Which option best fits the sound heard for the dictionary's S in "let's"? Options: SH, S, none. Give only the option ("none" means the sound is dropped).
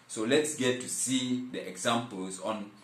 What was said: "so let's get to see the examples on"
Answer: S